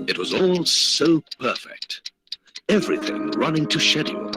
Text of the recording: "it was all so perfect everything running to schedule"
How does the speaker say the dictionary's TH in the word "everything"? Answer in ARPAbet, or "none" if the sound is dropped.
TH